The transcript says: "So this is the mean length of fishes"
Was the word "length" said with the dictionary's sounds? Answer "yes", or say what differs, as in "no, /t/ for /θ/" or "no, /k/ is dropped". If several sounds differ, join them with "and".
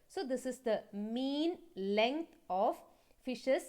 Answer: no, /t/ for /θ/